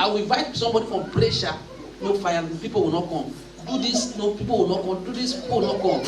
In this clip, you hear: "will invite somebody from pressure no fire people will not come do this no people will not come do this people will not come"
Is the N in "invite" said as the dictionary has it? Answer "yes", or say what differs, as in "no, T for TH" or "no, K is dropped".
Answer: no, N is dropped